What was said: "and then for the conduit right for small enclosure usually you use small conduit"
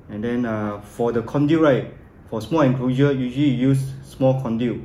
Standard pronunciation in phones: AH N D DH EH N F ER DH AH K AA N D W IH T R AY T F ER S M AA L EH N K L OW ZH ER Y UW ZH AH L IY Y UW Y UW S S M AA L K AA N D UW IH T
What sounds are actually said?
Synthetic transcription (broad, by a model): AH N D EH N F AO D AH K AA N D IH R AY T F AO S M AA L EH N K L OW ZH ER Y UW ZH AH L IY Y Y UW S S M AA L K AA N D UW